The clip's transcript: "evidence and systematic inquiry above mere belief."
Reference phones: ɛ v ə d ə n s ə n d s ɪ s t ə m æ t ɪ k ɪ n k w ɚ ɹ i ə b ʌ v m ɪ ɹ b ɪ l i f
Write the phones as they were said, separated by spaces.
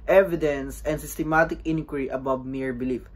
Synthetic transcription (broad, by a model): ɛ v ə d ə n s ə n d s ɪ s t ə m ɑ t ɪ k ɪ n k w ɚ ɹ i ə b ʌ b m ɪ ɹ b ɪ l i f